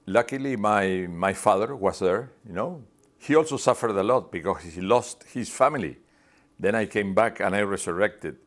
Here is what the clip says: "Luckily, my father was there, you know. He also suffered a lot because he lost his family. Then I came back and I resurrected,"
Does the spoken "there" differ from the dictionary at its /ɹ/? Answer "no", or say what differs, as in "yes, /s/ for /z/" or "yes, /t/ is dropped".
no